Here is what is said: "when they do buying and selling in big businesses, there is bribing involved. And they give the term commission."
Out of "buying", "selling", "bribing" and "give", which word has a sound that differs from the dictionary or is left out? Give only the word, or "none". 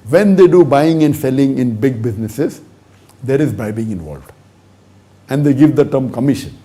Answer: bribing